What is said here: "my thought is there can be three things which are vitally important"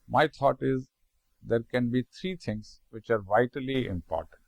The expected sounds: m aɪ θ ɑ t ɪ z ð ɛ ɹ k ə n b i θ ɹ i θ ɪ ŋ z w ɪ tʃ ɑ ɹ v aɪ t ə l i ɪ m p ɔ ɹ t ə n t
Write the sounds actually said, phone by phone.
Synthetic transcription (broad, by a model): m aɪ t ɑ t ɪ z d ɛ ɹ k ə n b i t ɹ i t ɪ ŋ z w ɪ tʃ ɑ ɹ v aɪ t ə l i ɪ m p ɔ ɹ t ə n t